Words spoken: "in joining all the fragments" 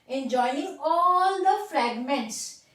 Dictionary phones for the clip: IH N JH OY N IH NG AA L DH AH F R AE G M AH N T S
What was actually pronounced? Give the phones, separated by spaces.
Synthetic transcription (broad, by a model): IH N JH OY IH NG AA L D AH F R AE G M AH N T S